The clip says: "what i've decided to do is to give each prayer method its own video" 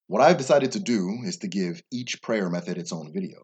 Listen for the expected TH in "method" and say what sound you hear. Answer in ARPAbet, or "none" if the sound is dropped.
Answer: TH